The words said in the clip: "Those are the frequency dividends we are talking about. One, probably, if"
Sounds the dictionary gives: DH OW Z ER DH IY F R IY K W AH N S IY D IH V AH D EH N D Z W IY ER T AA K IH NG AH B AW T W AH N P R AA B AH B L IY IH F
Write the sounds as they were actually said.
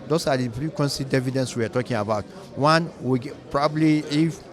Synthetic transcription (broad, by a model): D OW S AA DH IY P R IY K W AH N S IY D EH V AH D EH N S W IY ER T AA K IH NG AH B AW T W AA N P R AA B AH B L IY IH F